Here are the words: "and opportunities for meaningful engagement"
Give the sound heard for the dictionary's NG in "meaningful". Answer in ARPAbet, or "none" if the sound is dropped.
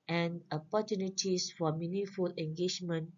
none